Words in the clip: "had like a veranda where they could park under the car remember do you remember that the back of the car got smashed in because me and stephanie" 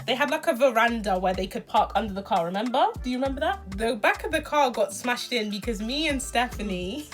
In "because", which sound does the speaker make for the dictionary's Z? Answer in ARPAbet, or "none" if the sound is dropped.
Z